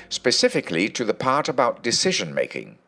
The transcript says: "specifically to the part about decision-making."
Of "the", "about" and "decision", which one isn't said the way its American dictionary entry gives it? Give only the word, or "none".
none